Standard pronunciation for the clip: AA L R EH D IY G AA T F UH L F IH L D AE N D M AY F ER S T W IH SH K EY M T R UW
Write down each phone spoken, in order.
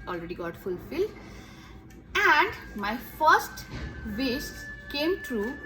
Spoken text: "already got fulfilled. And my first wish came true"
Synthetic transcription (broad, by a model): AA L R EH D IY G AA T F UH L F IH L D AE N D M AY F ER S T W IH S K EY M T R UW